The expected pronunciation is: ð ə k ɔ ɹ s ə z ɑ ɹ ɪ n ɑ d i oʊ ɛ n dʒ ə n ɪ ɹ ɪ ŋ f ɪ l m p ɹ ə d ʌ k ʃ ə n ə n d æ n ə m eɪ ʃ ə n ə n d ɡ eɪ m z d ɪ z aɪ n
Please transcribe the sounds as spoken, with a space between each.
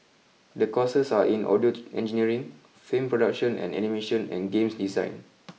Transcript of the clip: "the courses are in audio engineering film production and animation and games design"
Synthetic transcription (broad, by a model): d ə k ɔ s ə s ɑ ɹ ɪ n ɑ d i oʊ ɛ n dʒ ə n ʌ ɹ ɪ ŋ f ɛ m p ɹ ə d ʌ k ʃ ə n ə n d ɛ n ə m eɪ ʃ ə n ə n ɡ eɪ m s d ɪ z aɪ n